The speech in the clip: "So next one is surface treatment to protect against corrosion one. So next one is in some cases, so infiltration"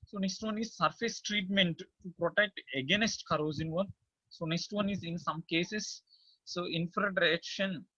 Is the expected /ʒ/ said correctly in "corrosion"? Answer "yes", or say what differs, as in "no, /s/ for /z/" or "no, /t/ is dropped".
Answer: no, /z/ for /ʒ/